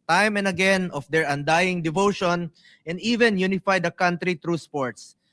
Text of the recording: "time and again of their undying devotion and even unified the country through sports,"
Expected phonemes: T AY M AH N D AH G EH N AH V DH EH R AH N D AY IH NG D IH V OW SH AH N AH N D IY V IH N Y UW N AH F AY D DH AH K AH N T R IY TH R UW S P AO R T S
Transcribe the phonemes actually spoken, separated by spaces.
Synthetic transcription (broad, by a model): T AY M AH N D AH G EH N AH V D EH R AH N D AY IH NG D IH V OW SH AH N AH N D IY V IH N Y UW N AH F AY D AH K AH N T R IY T R UW S P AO R T S